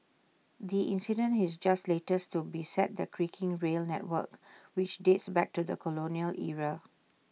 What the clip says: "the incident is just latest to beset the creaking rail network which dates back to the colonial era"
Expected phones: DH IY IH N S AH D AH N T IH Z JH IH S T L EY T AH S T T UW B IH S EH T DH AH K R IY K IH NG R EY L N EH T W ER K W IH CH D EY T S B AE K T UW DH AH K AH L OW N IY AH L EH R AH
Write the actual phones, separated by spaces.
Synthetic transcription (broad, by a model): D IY IH N S AH D AH N T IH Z JH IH S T L EY T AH S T T UW B IH S EH T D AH K R IY K IH NG R EY L N EH T W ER K W IH CH D EY T S B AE K T UW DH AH K AH L OW N IY AH L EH R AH